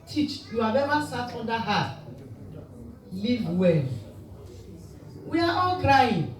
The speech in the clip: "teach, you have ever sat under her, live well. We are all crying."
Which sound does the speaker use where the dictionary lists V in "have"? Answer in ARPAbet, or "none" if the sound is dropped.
B